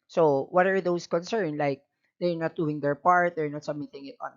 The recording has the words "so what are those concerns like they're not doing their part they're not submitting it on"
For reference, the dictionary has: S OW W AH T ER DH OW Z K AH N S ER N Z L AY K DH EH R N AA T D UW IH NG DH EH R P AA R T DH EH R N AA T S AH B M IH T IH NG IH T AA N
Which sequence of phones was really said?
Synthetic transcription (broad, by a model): S OW W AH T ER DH OW S K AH N S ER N L AY K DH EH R N AA T D UW IH NG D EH R P AA R T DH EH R N AA T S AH M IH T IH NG IH T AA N